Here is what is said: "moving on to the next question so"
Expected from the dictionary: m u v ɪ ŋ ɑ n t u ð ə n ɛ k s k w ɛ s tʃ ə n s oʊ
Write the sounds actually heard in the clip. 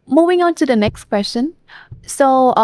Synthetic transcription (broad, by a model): m u v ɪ ŋ ɑ n t u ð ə n ɛ k s k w ɛ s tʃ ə n s oʊ